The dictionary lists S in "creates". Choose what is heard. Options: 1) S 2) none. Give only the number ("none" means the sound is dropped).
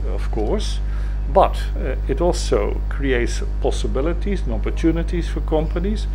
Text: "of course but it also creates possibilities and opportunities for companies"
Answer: 1